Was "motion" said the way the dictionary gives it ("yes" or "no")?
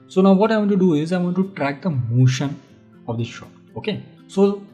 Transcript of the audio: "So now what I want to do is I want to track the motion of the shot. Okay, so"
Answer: yes